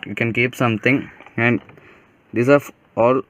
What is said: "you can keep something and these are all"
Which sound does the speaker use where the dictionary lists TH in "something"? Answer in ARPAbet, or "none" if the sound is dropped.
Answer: T